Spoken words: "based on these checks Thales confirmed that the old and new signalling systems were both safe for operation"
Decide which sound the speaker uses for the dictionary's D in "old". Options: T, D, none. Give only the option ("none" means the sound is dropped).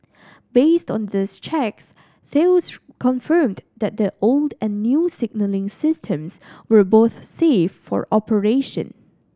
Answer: D